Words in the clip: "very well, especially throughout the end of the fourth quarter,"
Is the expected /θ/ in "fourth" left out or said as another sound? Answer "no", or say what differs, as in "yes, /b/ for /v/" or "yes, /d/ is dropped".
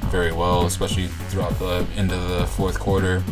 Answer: no